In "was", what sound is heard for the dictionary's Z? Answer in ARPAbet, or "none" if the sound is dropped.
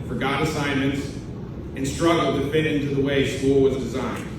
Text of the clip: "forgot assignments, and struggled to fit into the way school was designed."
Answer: Z